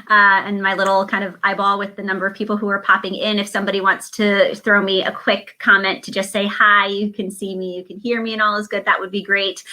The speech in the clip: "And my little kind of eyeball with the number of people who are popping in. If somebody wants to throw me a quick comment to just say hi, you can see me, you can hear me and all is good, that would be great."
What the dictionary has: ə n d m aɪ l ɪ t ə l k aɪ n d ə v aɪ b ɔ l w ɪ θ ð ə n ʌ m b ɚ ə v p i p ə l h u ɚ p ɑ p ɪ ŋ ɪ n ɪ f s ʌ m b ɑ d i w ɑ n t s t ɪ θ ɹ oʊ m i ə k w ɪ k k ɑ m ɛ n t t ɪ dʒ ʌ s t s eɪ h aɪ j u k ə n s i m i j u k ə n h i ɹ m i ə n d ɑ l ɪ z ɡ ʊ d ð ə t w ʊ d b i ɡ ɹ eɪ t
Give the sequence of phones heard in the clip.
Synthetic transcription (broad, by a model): ə n m aɪ l ɪ t l k aɪ n d ə v aɪ b ɔ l w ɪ ð ə n ʌ m b ɚ ə v p i p l h u ɚ p ɑ p ɪ ŋ ɪ n ɪ f s ʌ m b ɑ d i w ɑ n t s t ɪ θ ɹ oʊ m i ə k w ɪ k k ɑ m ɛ n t t ɪ dʒ ʌ s t s eɪ h aɪ j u k ə n s i m i j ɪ k ə n h i ɹ m i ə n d ɑ l ɪ z ɡ ʊ d ð ə t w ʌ d b i ɡ ɹ eɪ t